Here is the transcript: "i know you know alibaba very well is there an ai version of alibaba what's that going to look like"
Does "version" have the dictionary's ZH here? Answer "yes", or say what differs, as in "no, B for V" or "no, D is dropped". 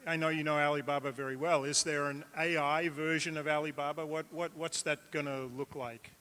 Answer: yes